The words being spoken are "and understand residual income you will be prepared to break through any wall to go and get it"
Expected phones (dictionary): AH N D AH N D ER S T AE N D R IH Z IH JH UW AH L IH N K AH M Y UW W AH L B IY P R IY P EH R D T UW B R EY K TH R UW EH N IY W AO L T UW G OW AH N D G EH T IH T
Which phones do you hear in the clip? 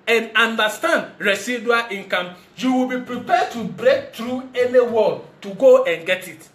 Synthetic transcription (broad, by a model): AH N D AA N D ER S T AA N D R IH S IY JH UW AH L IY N K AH M Y UW W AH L B IY P R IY P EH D T UW B R EY K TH R UW EH N IY W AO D T UW G OW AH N G EH T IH T